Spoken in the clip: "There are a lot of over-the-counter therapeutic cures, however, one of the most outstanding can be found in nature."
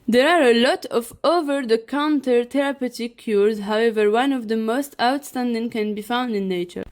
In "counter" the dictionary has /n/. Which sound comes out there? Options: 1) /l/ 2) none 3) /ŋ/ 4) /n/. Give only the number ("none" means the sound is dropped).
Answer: 4